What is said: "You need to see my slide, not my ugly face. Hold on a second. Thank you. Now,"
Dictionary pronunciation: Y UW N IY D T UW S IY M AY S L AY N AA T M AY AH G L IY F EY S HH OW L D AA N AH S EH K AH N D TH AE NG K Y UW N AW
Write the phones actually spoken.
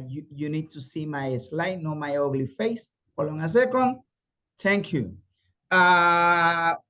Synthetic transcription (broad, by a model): Y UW N IY D T UW S IY M AY S L AY N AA M AY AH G L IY F EY S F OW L AA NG AH S EH K AH N D T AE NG K Y UW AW